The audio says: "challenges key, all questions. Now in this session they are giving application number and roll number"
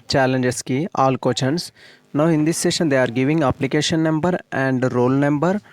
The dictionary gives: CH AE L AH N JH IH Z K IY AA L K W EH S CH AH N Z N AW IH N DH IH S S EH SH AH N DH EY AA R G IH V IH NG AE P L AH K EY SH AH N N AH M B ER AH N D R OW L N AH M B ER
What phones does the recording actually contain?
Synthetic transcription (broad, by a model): CH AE L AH N JH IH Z K IY AA L K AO CH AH N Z N AW IH N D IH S S EH SH AH N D EY AA R G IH V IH NG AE P L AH K EY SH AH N N AH M B ER AH N D R OW L N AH M B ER